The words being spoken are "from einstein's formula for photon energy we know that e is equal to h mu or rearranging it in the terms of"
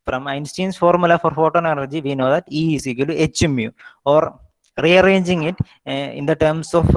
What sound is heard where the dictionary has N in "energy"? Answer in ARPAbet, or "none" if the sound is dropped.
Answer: L